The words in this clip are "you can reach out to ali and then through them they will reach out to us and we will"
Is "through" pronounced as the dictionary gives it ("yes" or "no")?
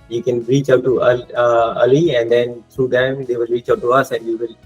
no